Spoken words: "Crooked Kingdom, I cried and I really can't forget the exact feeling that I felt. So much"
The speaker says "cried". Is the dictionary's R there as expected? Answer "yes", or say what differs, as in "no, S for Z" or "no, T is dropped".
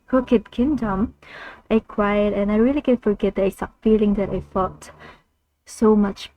no, W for R